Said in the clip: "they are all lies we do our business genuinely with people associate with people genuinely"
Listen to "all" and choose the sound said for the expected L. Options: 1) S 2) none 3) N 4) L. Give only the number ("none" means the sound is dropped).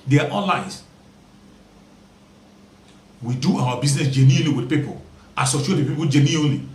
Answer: 3